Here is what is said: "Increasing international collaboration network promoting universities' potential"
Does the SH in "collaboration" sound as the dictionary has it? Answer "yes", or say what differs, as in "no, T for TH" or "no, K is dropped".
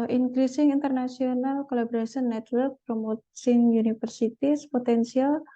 no, S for SH